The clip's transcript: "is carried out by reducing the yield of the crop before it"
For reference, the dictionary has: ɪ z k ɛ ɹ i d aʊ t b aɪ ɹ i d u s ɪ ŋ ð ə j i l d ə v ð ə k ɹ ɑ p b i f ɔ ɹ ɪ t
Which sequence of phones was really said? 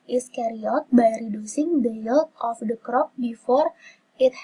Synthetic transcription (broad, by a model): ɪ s k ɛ ɹ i ɔ t b aɪ ɹ i d u s ɪ ŋ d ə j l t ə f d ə k ɹ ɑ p b i f ɔ ɹ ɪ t